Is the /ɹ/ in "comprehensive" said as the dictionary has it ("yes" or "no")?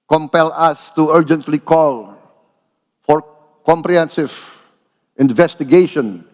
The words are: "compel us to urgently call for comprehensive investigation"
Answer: yes